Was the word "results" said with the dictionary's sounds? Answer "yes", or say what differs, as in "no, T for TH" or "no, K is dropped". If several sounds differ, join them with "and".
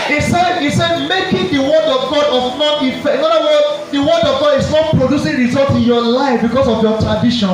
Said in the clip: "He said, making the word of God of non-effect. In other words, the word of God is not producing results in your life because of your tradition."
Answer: no, S is dropped